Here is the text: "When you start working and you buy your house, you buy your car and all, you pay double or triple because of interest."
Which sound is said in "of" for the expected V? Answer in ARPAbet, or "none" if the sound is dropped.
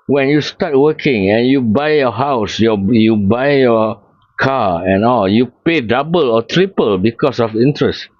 F